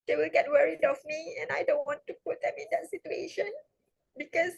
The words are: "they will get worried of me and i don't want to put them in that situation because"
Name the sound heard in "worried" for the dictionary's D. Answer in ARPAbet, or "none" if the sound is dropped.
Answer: D